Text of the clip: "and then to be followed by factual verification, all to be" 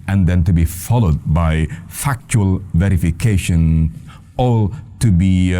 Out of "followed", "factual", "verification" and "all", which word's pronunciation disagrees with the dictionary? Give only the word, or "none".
none